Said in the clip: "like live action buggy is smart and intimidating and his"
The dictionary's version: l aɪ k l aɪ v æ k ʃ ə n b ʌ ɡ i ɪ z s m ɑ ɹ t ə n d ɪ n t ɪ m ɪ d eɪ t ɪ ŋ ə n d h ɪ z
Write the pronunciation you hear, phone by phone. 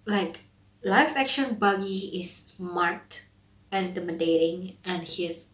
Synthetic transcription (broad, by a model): l aɪ k l aɪ f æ k ʃ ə n b ʌ ɡ i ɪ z s m ɑ ɹ t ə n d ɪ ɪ m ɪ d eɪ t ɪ ŋ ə n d h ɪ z